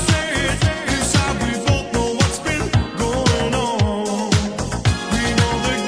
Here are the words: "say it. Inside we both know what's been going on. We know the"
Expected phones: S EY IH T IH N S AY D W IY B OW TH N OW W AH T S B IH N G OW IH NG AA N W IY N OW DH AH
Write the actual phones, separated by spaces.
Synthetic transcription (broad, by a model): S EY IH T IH S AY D W IY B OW T N OW W AH T S B IH N G OW IH NG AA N W IY N OW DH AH